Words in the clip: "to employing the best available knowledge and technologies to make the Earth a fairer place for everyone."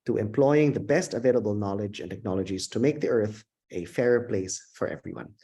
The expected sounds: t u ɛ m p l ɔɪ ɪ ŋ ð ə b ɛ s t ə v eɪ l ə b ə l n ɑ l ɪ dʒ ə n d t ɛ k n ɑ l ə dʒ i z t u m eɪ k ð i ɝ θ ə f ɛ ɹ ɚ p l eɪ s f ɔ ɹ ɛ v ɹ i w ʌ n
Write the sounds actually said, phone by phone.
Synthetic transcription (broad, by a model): t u ɛ m p l ɔɪ ɪ ŋ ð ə b ɛ s t ə v eɪ l ə b ə l n ɑ l ɪ dʒ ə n t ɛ k n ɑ l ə dʒ i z t u m eɪ k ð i ɝ θ ə f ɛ ɹ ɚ p l eɪ s f ɔ ɹ ɛ v ɹ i w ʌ n